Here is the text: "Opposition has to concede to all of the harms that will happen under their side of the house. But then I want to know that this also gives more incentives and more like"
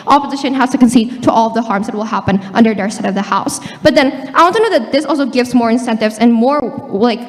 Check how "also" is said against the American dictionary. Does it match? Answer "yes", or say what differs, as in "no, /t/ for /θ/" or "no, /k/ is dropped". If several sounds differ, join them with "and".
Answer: yes